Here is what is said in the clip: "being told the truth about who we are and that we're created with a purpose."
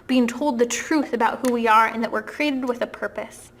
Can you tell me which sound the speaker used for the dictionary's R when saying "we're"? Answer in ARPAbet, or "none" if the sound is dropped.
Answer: R